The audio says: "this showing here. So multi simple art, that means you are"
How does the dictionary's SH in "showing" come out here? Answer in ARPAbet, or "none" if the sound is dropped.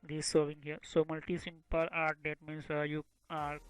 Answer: S